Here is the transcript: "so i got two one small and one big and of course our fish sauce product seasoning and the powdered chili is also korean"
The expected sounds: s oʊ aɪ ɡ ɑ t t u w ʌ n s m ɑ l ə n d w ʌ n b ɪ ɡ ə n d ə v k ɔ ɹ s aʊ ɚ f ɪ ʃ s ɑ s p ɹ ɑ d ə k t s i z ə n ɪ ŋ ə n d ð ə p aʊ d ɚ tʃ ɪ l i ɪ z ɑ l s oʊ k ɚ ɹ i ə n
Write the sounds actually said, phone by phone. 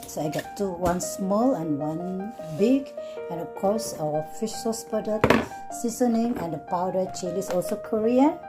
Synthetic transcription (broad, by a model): s oʊ aɪ ɡ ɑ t t u w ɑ n s m ɑ l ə n w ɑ n b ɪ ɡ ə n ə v k ɔ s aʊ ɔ f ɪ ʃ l s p ɑ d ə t s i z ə n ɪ ŋ ə n d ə p aʊ d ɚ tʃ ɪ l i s ɑ l s oʊ k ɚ ɹ i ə n